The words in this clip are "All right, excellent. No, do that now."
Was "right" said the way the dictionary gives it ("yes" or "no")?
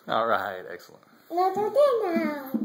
yes